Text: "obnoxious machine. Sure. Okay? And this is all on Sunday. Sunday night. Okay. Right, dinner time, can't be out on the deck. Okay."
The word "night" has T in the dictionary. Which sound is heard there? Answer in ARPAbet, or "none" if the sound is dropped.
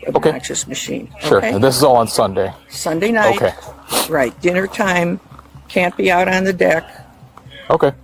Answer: none